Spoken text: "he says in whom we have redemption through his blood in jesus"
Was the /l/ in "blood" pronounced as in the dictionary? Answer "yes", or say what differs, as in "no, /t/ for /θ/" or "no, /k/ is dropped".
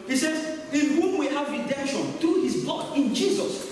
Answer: no, /l/ is dropped